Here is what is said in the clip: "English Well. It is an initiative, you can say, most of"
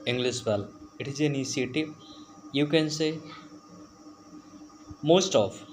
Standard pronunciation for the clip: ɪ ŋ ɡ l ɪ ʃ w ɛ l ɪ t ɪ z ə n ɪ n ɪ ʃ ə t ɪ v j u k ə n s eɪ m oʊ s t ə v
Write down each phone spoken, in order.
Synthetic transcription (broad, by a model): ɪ ŋ ɡ l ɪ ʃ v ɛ l ɪ t ɪ z ə n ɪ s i ə t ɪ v j u k ə n s eɪ m oʊ s t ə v